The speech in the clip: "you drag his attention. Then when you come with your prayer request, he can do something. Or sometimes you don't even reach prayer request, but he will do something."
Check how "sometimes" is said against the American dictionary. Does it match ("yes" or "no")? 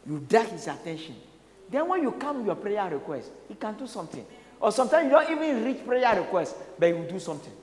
no